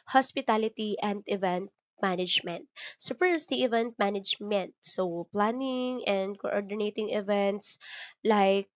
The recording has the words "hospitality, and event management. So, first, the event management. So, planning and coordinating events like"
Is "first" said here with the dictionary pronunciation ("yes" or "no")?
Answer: no